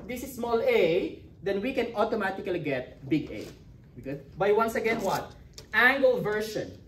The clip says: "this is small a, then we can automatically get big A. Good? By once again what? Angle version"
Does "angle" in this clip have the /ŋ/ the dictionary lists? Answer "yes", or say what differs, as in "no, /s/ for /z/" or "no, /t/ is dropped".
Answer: yes